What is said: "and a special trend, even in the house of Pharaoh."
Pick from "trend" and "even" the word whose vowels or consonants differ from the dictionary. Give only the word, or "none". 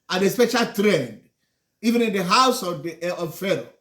none